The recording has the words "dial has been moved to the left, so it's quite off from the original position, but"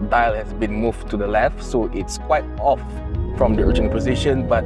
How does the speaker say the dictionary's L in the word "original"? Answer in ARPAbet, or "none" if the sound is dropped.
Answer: N